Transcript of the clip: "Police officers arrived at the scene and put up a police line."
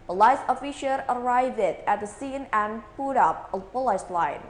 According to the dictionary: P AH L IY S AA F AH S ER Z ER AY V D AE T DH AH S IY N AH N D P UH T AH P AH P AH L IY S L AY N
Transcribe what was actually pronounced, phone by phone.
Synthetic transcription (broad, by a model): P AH L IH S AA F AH SH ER ER AY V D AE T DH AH S IY N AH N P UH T AH P AH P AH L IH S L AY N